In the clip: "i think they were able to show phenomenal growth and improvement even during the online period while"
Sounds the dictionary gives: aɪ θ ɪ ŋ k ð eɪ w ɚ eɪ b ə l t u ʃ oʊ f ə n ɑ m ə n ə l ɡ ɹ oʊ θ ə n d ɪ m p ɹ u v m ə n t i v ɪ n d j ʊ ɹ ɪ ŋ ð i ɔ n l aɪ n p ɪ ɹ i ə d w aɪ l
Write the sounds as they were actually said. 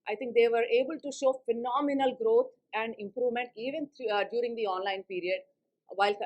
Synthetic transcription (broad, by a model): aɪ t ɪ ŋ k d eɪ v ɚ eɪ b ə l t u ʃ oʊ f ə n ɑ m ə n ə l ɡ ɹ oʊ t ə n d ɪ m p ɹ u v m ə n t i v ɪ n d j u ɹ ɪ ŋ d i ɔ n l aɪ n p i ɹ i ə d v aɪ l